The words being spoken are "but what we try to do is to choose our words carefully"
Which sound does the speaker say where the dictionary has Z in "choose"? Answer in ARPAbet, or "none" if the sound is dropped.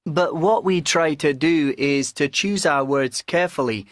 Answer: Z